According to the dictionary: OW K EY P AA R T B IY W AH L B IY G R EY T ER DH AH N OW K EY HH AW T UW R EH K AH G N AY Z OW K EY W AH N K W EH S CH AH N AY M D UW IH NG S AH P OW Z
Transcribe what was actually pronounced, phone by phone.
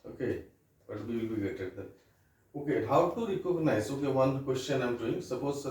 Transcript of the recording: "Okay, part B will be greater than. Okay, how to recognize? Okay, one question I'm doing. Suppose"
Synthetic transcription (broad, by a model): OW K EY B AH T B IY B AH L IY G EY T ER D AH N OW K EY HH AW T UW R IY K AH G N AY S OW K EY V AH N K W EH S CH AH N AY M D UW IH NG S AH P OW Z